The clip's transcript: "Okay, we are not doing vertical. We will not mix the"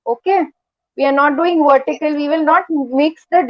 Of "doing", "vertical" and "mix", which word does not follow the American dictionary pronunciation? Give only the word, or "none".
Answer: none